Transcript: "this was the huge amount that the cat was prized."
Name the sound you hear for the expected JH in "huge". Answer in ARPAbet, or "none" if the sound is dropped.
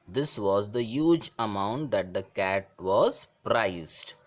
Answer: JH